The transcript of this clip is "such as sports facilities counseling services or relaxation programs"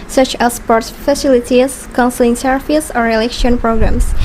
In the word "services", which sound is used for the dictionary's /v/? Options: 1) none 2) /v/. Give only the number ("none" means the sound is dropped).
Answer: 1